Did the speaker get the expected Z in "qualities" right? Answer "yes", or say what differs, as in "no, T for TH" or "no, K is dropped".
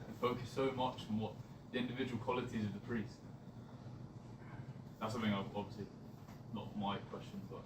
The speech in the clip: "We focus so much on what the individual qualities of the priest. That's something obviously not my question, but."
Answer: yes